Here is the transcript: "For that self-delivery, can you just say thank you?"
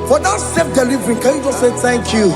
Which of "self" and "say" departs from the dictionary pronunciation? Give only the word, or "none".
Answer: self